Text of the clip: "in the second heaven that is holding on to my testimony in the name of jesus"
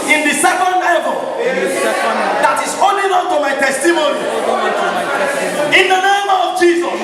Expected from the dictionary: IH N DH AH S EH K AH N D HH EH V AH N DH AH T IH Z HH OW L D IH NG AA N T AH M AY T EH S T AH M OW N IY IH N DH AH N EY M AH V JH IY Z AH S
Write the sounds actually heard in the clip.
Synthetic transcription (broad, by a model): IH N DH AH S EH K AH N D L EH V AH L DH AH T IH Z OW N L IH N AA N T AH M AY T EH S T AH M OW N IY IH N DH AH N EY M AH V JH IY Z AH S